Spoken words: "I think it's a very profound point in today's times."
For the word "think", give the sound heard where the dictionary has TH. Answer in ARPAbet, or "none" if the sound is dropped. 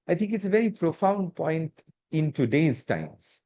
T